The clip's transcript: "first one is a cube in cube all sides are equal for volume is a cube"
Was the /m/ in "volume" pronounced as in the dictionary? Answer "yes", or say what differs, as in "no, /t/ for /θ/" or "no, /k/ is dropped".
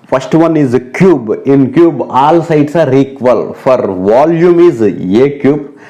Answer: yes